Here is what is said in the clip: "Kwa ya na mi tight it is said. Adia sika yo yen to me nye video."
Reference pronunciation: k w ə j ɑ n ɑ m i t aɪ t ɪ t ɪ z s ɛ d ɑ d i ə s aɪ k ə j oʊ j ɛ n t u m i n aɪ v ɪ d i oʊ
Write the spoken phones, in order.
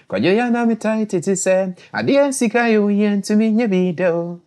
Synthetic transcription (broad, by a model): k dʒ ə j ɑ n ɑ m i t aɪ t ɪ t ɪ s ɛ ɑ d i ə s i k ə j oʊ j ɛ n t u m i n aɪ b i d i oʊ